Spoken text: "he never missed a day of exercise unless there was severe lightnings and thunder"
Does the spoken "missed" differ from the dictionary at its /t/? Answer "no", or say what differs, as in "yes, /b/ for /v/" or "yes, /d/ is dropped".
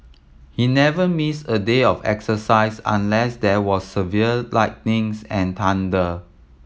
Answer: yes, /t/ is dropped